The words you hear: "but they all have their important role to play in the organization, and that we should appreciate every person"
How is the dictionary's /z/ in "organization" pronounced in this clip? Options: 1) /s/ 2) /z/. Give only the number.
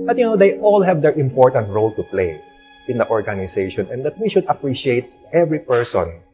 1